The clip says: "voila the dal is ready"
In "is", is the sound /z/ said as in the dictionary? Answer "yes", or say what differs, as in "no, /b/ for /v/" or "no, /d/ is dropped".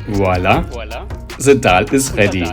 no, /s/ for /z/